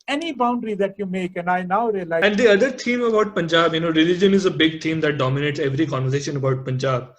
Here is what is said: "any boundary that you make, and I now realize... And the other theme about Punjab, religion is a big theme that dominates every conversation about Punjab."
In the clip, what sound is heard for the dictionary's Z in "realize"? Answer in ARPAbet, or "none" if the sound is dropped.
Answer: none